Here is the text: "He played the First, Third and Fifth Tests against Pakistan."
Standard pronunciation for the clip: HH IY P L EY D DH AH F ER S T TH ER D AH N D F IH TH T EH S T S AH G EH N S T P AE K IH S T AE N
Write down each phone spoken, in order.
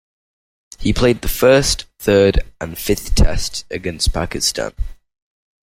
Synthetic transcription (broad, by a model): HH IY P L EY D DH AH F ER S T TH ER D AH N F IH TH T EH S T AH G EH N S P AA K IH S T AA N